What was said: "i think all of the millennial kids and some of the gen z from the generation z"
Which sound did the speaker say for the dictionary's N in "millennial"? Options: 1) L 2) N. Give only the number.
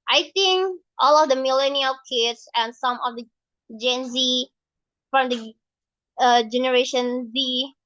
2